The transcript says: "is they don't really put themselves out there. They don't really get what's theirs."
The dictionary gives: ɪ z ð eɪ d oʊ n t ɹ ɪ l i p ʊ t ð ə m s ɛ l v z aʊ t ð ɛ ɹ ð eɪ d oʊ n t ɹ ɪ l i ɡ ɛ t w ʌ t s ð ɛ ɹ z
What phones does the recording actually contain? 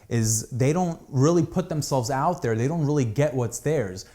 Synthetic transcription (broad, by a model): ɪ z ð eɪ d oʊ n t ɹ ɪ l i p ʊ t ð ə m s ɛ l v z aʊ t ð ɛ ɹ ð eɪ d oʊ n t ɹ ɪ l i ɡ ɛ t w ʌ t s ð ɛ ɹ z